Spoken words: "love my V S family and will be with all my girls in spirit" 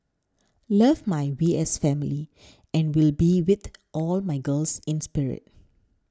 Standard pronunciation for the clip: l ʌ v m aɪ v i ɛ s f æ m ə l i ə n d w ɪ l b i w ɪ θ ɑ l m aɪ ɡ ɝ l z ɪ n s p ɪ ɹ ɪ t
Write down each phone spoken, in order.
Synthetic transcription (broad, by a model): l ʌ v m aɪ w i ɛ s f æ m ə l i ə n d w ɪ l b i w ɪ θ ɑ l m aɪ ɡ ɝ l s ɪ n s p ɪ ɹ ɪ t